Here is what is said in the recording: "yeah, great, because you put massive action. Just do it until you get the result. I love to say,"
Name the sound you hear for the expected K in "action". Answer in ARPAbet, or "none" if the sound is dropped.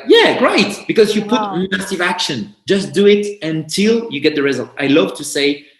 K